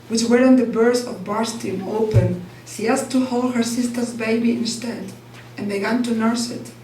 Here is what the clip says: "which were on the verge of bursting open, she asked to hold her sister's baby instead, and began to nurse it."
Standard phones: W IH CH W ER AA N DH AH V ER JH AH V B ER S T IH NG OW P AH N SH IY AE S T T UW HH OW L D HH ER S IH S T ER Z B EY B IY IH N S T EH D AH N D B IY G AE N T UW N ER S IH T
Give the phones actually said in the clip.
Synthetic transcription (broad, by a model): W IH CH W ER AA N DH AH B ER Z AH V B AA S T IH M OW P AH N SH IY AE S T T UW HH OW L D HH ER S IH S T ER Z B EY B IY IH N S T EH D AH N B IY G AE N T UW N ER S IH T